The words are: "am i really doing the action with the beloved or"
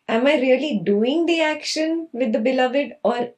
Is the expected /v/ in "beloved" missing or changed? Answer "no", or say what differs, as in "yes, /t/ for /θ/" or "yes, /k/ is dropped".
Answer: no